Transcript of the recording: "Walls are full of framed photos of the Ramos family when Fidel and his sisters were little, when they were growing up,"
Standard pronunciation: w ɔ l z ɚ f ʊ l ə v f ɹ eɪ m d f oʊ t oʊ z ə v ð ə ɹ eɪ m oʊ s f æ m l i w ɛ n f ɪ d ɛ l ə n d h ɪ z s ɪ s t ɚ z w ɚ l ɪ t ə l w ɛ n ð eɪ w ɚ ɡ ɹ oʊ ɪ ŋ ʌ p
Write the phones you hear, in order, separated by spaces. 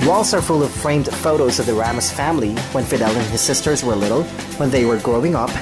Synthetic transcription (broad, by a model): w ɔ l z ɚ f ʊ l ə v f ɹ eɪ m d f oʊ t oʊ z ə v ð ə ɹ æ m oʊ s f æ m l i w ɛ n f ɪ d ɛ l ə n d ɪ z s ɪ s t ɚ z w ɚ l ɪ t l w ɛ n ð eɪ w ɚ ɡ ɹ oʊ ɪ ŋ ʌ p